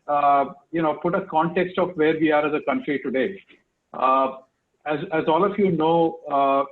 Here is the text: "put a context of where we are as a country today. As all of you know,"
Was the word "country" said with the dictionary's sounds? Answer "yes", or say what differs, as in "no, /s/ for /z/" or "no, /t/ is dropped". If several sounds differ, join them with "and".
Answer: yes